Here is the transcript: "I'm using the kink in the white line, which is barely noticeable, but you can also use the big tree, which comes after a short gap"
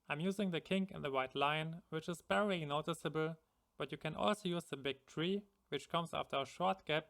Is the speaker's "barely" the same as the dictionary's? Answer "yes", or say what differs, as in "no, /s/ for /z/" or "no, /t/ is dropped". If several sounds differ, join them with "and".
no, /l/ is dropped